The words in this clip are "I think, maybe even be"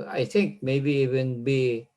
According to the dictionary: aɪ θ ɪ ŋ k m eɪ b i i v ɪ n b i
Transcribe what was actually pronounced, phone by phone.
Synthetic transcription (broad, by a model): aɪ t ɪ ŋ k m eɪ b i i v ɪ n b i